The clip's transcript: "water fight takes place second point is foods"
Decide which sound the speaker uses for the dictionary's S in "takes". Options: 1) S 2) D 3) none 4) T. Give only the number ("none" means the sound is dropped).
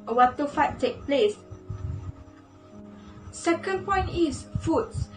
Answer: 3